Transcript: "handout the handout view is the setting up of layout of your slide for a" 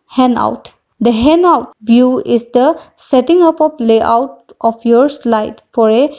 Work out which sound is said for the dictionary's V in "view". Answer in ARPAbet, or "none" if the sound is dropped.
B